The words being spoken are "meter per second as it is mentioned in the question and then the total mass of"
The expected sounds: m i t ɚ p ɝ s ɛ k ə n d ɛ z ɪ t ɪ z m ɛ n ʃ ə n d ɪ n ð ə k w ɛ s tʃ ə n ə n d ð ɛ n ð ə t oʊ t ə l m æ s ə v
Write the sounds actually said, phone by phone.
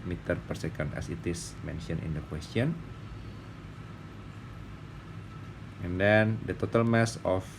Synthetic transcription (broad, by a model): m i t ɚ p ɝ s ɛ k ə n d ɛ s ɪ t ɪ s m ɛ n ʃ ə n ɪ n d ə k w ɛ s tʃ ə n ə n d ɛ n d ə t oʊ t ə l m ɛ s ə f